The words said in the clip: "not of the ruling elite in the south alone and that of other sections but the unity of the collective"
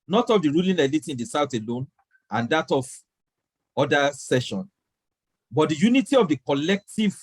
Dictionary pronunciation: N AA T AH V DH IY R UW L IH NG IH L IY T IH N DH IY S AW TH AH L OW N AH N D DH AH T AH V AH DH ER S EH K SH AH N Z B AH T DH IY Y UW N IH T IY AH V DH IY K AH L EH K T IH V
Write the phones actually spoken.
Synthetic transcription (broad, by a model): N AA T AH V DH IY R UW L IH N IH L IY T IH N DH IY S AW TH AH L OW N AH N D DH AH T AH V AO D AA S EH SH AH N B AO T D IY Y UW N IH T IY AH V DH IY K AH L EH K T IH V